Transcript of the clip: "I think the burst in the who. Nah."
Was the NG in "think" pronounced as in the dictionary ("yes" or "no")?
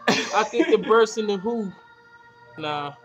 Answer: no